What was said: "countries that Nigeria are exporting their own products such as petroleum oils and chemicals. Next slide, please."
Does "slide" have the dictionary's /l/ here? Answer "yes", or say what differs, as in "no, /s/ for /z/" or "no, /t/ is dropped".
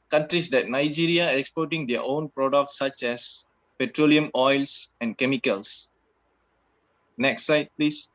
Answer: no, /l/ is dropped